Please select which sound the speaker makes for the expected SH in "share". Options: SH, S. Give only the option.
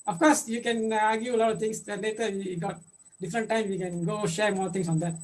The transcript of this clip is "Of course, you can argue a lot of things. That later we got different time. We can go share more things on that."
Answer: SH